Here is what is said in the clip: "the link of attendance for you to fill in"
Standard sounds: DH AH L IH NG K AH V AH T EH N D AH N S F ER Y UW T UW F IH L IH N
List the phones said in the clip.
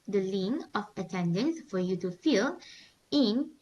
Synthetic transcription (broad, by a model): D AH L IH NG AH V AH T EH N D AH N S F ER Y UW T UW F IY L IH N